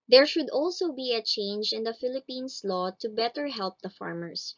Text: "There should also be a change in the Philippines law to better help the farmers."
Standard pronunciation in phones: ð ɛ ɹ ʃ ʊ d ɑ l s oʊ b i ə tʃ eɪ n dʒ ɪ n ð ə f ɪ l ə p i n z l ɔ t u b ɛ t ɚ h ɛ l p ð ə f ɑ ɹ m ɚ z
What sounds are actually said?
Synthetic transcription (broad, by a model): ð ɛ ɹ ʃ ʊ d ɑ l s oʊ b i ə tʃ eɪ n dʒ ɪ n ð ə f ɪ l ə p i n s l ɔ t u b ɛ t ɚ h ɛ l p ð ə f ɑ ɹ m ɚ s